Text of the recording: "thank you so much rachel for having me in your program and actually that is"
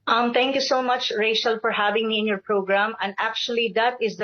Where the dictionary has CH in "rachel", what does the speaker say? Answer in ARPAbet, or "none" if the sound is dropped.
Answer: SH